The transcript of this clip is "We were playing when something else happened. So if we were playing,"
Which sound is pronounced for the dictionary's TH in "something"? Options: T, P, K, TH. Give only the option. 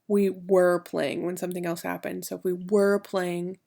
TH